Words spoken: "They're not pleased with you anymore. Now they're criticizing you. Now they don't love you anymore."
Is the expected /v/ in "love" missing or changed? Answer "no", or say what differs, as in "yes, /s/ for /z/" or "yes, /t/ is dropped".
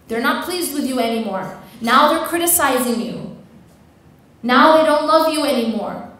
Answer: no